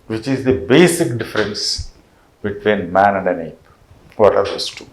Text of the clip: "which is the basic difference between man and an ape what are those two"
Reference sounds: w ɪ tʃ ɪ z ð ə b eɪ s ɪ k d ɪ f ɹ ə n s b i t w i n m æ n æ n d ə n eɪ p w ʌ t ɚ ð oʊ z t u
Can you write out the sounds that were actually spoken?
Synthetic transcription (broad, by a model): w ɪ tʃ ɪ z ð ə b eɪ s ɪ k d ɪ f ɹ ə n s b i t w i n m æ n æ n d ə n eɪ b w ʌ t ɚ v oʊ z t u